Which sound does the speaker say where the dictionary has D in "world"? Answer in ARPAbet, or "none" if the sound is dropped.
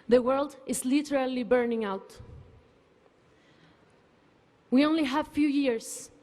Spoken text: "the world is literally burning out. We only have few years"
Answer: D